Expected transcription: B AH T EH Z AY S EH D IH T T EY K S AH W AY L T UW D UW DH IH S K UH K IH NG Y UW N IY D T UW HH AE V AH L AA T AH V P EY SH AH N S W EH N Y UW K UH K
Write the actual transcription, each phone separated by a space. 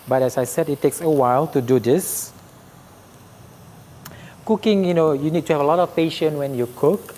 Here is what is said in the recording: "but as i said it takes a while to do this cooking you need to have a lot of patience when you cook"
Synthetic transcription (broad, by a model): B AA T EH S AY S EH D IH T T EY K S AH W AY L T UW D UW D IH S K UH K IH NG Y UW N IY D T UW HH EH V AH L AA T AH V P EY SH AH N W EH N Y UW K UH K